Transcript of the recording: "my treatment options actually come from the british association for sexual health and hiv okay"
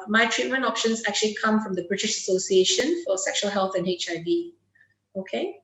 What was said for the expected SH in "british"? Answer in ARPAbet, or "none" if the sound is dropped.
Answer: SH